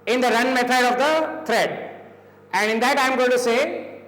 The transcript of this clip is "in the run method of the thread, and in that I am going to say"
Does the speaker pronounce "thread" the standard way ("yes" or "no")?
no